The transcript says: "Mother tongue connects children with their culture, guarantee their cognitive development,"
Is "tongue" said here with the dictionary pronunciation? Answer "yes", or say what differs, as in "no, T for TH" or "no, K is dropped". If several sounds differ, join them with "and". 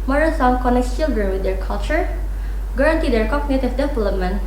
no, S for T